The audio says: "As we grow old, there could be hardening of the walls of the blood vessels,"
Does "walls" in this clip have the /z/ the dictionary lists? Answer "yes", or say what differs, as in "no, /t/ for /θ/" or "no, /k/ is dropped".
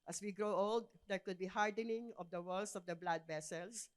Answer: no, /s/ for /z/